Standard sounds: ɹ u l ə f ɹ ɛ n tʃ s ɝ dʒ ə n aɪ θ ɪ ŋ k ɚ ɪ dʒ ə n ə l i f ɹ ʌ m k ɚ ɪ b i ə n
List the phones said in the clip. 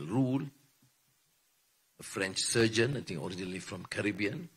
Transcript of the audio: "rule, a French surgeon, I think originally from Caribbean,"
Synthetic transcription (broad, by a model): ɹ u l ə f ɹ ɛ n tʃ s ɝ dʒ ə n aɪ t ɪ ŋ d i dʒ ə n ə l i f ɹ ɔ m k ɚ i b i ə n